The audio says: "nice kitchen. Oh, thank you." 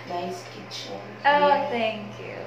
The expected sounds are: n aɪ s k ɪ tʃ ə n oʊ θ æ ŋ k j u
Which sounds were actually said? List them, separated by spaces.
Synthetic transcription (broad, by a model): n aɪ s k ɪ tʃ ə oʊ θ æ ŋ k j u